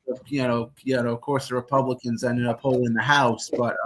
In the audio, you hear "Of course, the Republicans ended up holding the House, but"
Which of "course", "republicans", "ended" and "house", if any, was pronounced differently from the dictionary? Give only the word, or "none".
none